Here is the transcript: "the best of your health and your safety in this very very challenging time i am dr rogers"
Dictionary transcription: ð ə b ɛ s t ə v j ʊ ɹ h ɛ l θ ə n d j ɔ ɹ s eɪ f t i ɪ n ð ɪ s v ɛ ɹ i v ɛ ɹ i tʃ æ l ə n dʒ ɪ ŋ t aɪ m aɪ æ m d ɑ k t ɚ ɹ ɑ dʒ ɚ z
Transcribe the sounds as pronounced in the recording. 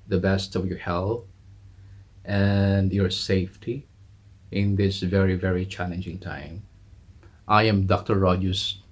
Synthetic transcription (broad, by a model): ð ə b ɛ s t ə v j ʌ ɹ h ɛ l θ ə n d j ɔ ɹ s eɪ f t i ɪ n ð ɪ s v ɛ ɹ i v ɛ ɹ i tʃ æ l ə n dʒ ɪ ŋ t aɪ m aɪ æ m d ɑ k t ɚ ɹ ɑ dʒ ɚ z